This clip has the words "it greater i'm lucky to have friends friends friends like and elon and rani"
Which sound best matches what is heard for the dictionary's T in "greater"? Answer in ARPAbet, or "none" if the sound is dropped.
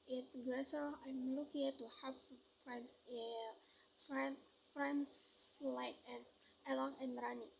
S